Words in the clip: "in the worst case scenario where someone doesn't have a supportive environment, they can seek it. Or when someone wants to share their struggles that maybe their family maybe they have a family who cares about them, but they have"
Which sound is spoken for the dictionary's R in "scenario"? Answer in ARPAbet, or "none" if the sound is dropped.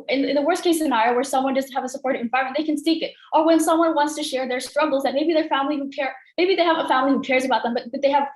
none